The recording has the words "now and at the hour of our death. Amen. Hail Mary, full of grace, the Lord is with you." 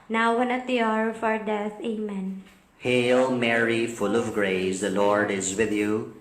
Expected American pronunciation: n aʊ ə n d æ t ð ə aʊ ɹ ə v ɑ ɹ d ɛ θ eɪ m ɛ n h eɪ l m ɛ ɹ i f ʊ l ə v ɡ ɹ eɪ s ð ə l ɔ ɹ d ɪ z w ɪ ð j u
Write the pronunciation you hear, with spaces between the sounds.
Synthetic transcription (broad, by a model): n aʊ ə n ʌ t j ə ɹ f ɑ ɹ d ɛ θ eɪ m ɛ n h eɪ l m ɛ ɹ i f ʊ l ə v ɡ ɹ eɪ s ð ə l ɔ ɹ d ɪ z w ɪ ð j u